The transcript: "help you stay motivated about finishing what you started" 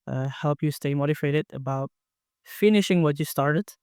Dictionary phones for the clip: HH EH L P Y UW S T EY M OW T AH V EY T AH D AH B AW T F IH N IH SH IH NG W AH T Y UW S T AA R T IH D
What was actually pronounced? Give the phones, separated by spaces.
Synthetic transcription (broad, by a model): HH EH L P Y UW S T EY M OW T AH F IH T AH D AH B AW T F IH N IH SH IH NG W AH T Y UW S T AA R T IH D